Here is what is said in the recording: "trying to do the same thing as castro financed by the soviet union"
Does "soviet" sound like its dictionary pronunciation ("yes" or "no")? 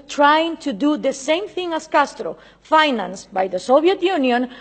no